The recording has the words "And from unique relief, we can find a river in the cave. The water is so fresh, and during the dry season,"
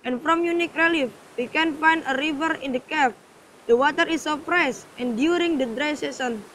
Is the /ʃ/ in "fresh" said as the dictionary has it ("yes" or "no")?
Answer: no